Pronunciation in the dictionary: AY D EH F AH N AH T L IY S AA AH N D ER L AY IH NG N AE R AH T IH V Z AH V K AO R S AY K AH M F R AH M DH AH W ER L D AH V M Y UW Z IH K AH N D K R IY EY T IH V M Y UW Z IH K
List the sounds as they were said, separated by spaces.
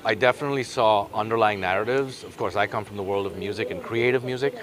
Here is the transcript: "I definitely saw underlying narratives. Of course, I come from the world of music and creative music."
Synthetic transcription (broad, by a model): AY D EH F AH N AH T L IY S AA AH N D ER L AY IH NG N AE R AH T IH V Z AH V K AO R S AY K AH M F R AH M DH AH W ER L D AH V M Y UW Z IH K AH N K R IY EY T IH V M Y UW Z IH K